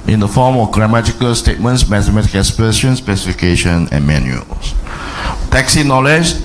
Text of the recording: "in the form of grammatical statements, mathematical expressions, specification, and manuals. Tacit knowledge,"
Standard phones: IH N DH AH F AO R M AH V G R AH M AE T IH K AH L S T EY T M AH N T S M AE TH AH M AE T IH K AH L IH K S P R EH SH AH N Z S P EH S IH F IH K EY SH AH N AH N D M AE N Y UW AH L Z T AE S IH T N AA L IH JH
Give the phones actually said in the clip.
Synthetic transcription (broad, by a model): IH N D AH F AO M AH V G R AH M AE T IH K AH L S T EY T M AH N T S M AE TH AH M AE T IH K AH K S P EH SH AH N S P EH S IH F IH K EY SH AH N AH N M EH N Y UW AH L S T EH S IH N AA L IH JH